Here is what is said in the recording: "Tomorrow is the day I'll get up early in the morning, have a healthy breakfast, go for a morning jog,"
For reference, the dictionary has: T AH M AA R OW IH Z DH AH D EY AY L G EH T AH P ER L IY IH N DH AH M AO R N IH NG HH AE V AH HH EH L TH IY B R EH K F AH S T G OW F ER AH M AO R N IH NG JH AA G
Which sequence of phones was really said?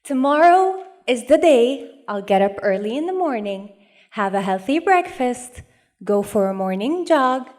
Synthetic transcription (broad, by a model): T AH M AA R OW IH Z DH AH D EY AY L G EH T AH P ER L IY IH N DH AH M AO R N IH NG HH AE V AH HH EH L TH IY B R EH K F AH S T G OW F ER AH M AO R N IH NG JH AA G